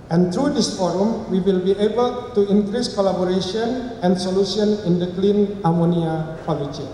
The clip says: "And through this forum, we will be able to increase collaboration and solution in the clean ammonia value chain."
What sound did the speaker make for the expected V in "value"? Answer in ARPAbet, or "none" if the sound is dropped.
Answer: P